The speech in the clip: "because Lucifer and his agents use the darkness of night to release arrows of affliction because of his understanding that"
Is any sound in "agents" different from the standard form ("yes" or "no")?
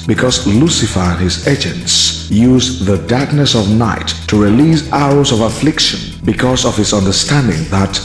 no